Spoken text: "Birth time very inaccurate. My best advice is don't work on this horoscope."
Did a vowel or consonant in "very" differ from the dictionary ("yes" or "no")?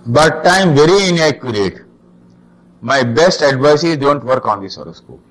no